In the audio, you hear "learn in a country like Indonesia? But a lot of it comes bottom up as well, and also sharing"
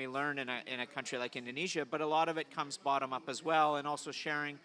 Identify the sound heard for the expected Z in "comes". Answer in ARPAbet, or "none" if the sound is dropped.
Z